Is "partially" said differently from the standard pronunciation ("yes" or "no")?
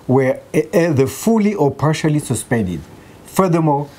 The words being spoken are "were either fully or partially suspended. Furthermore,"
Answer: no